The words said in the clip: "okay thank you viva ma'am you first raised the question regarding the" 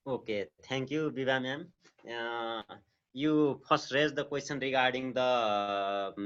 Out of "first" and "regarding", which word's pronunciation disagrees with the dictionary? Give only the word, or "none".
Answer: first